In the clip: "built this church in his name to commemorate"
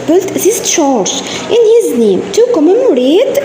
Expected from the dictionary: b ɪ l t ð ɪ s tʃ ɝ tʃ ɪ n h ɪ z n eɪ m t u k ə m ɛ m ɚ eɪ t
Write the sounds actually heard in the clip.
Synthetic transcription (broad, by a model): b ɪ l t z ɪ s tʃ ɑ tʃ ɪ n h ɪ z n eɪ m t u k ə m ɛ m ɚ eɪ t